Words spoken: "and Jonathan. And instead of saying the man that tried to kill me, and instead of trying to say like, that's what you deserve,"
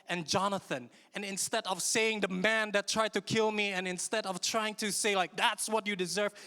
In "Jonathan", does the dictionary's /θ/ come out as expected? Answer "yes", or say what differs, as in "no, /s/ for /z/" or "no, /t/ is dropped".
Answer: yes